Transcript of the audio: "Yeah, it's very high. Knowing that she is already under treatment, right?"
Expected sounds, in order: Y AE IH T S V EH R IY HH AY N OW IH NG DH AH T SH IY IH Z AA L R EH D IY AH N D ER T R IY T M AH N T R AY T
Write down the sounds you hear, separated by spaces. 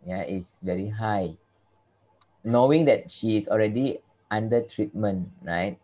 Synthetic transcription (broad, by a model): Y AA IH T S V EH R IY HH AY N OW IH NG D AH T SH IY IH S AA L R EH D IY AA N D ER T R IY T M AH N R AY T